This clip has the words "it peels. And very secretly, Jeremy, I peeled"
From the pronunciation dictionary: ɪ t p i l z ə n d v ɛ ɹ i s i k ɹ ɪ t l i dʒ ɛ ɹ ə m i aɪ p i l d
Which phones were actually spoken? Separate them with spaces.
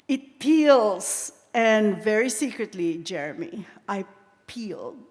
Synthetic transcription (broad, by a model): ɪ t p i l z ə n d v ɛ ɹ i s i k ɹ ɪ t l i dʒ ɛ ɹ ə m i aɪ p i l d